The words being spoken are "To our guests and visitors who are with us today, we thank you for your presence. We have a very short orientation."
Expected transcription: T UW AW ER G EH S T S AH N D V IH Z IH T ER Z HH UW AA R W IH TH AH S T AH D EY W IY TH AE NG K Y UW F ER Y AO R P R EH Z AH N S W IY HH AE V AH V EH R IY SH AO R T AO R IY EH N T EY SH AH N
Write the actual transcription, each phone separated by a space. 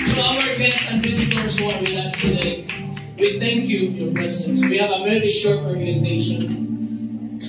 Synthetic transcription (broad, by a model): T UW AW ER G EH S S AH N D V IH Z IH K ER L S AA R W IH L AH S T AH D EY W IY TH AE NG K Y UW Y AO R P EH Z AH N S W IY HH AE V AH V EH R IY SH AO R T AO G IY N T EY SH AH N